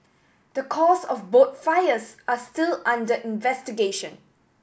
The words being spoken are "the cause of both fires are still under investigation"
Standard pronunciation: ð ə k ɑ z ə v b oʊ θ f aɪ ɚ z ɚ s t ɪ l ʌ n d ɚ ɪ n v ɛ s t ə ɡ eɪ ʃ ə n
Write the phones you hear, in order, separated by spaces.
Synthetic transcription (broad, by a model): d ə k ɑ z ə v b oʊ t f aɪ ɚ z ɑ s t ɪ l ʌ n d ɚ ɪ n v ɛ s t ə ɡ eɪ ʃ ə n